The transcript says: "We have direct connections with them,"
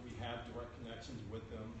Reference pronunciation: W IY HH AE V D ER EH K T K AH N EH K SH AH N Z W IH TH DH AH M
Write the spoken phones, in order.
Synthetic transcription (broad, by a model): W IY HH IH V D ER EH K K AH N EH K SH AH N Z W IH DH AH M